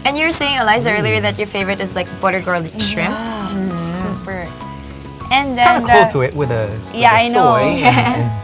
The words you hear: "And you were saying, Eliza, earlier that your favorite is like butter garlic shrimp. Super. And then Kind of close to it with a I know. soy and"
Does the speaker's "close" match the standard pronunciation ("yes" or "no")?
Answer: no